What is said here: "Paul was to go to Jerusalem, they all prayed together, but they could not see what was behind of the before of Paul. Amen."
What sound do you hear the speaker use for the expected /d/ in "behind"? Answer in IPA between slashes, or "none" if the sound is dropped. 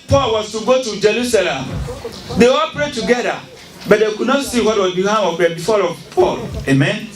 none